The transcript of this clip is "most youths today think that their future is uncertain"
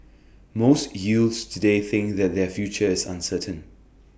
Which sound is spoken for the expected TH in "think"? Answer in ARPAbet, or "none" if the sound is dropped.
TH